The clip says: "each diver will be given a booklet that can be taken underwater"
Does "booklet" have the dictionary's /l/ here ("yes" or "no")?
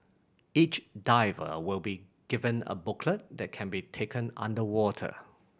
yes